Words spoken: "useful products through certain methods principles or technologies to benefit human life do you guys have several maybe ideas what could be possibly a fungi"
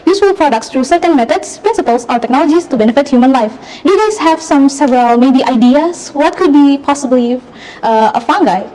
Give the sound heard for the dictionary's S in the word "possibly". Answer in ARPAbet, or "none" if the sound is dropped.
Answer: S